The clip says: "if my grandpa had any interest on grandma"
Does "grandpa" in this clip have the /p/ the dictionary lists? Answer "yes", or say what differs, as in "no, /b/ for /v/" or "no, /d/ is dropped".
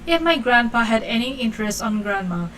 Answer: yes